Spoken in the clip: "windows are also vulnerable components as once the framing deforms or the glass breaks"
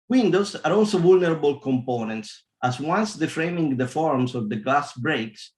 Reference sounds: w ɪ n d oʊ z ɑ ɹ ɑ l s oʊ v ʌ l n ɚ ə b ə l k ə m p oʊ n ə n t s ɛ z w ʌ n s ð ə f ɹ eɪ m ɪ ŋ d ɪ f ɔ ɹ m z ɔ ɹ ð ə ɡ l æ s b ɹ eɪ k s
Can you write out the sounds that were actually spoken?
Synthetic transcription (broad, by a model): w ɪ n d oʊ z ɑ ɹ ɑ l s oʊ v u l n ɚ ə b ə l k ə m p oʊ n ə n t s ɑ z w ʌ n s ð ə f ɹ eɪ m ɪ ŋ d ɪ f ɔ ɹ m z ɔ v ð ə ɡ l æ s b ɹ eɪ k s